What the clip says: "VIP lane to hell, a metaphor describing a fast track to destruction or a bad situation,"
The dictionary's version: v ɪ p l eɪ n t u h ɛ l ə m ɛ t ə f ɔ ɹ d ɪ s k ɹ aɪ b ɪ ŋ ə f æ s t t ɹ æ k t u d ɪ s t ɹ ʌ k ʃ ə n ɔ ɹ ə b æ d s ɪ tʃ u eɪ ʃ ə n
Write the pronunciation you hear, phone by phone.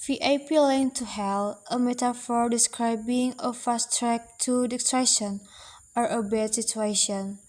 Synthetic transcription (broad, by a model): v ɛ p l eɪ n t u h ɛ l ə m ɛ t ə f ɔ ɹ d ɪ s k ɹ aɪ b ɪ ŋ ə f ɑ s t t ɹ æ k t u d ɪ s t ɹ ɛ ʃ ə n ɔ ɹ ə b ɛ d s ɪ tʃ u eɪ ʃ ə n